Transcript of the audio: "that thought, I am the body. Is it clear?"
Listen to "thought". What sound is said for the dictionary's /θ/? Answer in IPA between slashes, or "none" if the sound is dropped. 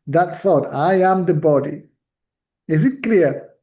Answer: /s/